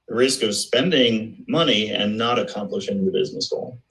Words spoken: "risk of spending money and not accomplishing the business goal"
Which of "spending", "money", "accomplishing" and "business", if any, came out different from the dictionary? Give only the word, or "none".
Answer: none